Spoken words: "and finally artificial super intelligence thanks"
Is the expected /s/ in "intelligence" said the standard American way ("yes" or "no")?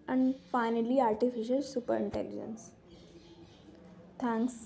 yes